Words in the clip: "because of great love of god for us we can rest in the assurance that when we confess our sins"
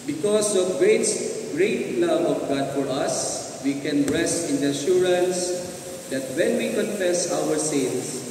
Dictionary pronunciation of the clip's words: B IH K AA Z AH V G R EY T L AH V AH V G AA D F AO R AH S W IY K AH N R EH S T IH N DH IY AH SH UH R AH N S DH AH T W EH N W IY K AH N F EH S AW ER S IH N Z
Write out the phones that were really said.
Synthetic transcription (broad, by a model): B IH K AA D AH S G R EY T L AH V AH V G AA D F AO R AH S W IY K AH N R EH S IH N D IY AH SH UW R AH N S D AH T W EH N W IY K AH N F EH S AW ER S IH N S